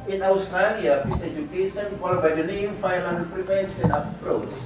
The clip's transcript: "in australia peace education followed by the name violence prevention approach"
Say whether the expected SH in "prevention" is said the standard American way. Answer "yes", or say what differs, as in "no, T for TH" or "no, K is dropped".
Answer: no, S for SH